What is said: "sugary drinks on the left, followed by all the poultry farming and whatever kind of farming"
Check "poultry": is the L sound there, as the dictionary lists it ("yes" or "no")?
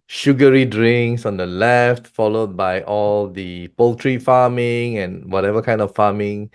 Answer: yes